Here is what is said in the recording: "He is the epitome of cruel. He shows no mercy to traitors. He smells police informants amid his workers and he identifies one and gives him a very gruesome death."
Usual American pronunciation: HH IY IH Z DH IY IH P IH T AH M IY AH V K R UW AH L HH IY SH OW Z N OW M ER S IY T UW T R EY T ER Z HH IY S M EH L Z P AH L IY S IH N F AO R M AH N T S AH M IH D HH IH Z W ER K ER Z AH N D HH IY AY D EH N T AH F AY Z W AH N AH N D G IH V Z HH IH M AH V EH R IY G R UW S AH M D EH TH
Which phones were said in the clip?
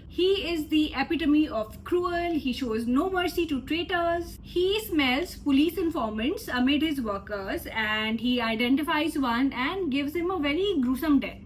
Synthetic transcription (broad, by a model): HH IY IH Z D IY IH P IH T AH M IY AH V K R UW AH L HH IY SH OW Z N OW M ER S IY T UW T R EY T ER Z HH IY S M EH L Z P AH L IY S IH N F AO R M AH N T S AH M IH D HH IH Z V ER K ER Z AH N D HH IY AY D EH N T AH F AY Z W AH N AH N D G IH V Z HH IH M AH V EH R IY G R UW S AH M D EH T